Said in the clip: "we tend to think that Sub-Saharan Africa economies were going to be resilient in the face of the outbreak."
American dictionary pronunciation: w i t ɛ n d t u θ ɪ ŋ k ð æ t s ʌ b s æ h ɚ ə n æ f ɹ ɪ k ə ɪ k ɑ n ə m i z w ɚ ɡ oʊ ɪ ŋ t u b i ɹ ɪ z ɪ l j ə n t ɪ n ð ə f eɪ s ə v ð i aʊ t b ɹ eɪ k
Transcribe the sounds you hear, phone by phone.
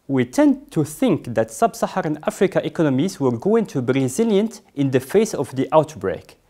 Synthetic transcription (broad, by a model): w i t ɛ n d t u θ ɪ ŋ k ð æ t s ʌ b s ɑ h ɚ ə n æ f ɹ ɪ k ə ɪ k ɑ n ə m i z w ɚ ɡ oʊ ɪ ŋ t u b i ɹ ɪ z ɪ l j ə n t ɪ n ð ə f eɪ s ə v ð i aʊ t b ɹ eɪ k